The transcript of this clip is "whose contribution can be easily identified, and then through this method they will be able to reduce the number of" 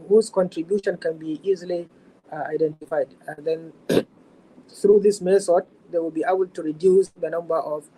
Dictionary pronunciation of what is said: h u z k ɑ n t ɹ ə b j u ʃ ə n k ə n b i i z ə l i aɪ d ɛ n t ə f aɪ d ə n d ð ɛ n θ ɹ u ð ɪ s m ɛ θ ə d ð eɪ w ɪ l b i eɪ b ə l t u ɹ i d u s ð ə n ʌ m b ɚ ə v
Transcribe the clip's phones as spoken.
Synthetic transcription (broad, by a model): h u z k ɑ n t ɹ ə b j u ʃ ə n k ə n b i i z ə l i aɪ d ɛ n t ə f aɪ d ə n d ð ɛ n θ ɹ u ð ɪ s m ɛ s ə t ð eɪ w ɪ l b i eɪ b ə l t u ɹ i d u s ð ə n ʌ m b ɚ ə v